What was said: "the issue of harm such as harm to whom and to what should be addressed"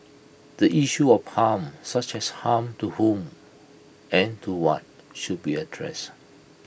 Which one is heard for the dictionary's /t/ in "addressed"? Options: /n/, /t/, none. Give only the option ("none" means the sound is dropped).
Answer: none